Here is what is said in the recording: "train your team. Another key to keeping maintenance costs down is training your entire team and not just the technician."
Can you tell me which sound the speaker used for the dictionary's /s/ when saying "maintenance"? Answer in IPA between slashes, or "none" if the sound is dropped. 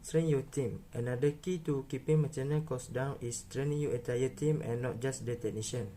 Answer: none